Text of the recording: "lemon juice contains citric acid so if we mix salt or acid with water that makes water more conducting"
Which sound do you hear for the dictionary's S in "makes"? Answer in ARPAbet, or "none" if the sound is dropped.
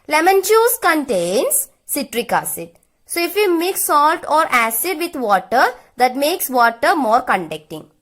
S